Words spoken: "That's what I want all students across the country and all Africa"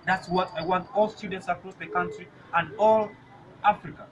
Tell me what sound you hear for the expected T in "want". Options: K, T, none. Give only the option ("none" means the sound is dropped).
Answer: T